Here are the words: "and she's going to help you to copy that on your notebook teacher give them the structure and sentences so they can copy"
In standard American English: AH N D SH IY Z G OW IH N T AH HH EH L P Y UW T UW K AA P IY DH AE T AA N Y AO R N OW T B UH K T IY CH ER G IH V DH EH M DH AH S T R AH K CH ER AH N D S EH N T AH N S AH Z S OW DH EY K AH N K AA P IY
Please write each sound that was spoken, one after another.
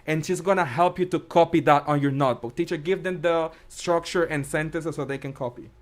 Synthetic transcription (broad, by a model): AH N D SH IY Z G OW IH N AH HH EH L P Y UW T UW K AA P IY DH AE T AA N Y AO R N OW T B UH K T IY CH ER G IH V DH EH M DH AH S T R AH K CH ER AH N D S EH N T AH N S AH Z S OW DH EY K AH N K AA P IY